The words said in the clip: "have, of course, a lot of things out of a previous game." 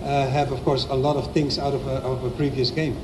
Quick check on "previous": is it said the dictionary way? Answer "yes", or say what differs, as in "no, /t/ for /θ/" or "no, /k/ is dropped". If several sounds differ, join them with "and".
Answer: yes